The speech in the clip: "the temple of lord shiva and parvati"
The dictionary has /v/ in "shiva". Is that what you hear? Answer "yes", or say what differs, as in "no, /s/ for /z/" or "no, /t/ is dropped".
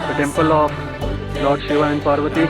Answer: yes